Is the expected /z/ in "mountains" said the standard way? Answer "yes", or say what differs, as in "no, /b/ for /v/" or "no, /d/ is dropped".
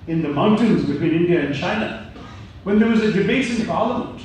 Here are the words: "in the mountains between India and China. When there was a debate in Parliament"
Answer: yes